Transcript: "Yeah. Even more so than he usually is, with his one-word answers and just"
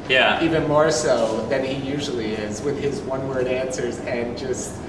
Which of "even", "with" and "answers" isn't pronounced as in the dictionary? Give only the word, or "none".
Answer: none